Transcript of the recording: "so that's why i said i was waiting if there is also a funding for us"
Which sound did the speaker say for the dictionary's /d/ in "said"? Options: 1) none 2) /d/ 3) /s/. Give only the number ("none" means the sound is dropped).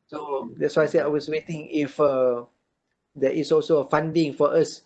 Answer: 1